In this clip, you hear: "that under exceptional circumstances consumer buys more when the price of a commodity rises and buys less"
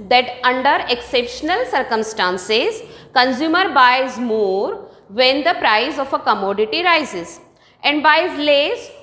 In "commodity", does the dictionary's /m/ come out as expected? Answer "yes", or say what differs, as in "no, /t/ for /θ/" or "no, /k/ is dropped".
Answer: yes